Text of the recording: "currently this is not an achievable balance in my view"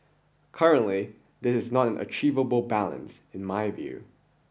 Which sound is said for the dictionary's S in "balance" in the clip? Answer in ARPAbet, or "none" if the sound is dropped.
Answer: S